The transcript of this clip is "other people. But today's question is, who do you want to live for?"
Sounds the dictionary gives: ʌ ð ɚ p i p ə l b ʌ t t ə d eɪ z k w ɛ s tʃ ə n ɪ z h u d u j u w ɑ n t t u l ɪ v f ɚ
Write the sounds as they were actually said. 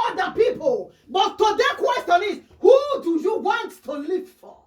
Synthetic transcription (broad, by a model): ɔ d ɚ p i p ə l b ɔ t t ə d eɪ k w ɛ s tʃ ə n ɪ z h u d u j u w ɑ n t t u l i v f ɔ